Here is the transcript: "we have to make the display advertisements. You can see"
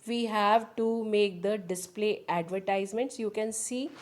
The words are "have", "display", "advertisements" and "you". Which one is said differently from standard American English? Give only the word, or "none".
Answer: none